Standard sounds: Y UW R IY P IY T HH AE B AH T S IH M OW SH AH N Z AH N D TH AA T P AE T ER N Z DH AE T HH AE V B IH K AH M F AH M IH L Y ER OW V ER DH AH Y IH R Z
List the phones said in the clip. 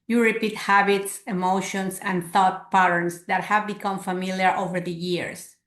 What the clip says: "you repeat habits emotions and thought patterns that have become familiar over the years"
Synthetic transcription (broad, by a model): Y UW R IY P IY T HH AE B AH T S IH M OW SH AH N S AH N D TH AA T P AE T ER N S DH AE T HH AE V B IH K AH M F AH M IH L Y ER OW V ER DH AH Y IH R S